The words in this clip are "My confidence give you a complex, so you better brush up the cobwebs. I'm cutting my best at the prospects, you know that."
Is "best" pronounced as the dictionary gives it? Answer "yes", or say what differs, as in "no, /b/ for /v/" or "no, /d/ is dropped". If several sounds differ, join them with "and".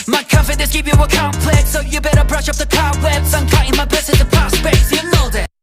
no, /t/ is dropped